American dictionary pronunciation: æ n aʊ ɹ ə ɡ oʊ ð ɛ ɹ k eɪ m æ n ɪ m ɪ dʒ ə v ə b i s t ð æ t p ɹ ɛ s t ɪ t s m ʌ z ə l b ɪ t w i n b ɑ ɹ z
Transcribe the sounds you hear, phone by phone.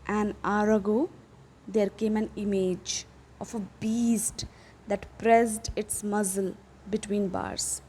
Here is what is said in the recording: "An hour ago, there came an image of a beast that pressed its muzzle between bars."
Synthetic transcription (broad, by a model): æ n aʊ ɹ ə ɡ oʊ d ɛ ɹ k eɪ m æ n ɪ m ɪ dʒ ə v ə b i s t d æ t p ɹ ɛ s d ɪ t s m ʌ z ə l b ɪ t w i n b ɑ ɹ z